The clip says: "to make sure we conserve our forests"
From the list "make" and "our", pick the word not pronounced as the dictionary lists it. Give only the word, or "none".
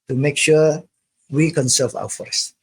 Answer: our